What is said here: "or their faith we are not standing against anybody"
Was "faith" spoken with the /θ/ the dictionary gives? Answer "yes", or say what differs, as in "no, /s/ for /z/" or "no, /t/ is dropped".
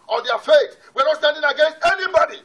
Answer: no, /s/ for /θ/